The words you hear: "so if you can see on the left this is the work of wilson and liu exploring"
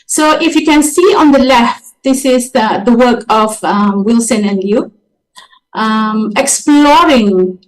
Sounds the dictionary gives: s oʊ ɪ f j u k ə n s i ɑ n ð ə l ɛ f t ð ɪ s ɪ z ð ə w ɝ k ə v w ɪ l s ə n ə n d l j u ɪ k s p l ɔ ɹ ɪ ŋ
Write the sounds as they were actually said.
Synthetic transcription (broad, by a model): s oʊ ɪ f j u k ə n s i ɑ n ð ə l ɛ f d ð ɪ s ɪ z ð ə w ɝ k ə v w ɪ l s ə n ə n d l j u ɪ k s p l ɔ ɹ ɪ ŋ